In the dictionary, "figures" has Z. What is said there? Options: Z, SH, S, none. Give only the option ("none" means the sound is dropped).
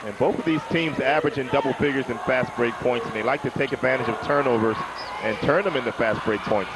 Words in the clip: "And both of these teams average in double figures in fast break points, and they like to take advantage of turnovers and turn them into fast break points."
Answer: Z